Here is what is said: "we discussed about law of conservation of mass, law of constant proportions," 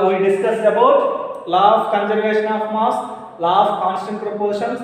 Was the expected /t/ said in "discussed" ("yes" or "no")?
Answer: no